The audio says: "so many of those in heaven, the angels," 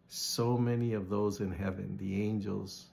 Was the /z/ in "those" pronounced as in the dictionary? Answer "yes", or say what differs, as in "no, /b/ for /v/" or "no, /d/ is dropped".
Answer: yes